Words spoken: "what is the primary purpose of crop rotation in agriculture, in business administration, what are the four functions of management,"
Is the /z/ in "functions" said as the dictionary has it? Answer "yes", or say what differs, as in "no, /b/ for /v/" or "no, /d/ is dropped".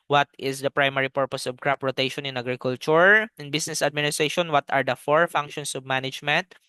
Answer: no, /s/ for /z/